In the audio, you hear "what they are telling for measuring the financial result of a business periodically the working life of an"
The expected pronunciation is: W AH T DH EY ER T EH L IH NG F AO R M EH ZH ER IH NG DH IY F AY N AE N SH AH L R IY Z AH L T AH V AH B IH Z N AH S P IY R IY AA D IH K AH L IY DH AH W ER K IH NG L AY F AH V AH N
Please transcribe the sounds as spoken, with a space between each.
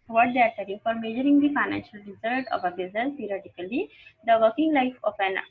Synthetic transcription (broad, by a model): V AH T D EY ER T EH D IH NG F AO R M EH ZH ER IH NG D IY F AY N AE N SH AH L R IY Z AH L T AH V AH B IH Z AH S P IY R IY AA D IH K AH L IY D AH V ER K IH NG L AY F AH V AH N